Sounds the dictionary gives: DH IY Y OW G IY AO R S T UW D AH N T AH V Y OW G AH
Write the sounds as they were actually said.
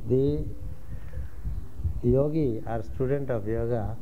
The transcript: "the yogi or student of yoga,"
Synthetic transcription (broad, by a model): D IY Y OW G IY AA R S T UW D AH N T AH P Y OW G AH